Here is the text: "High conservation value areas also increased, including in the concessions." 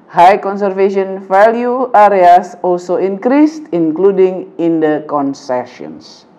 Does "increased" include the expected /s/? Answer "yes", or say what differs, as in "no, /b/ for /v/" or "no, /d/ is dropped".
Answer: yes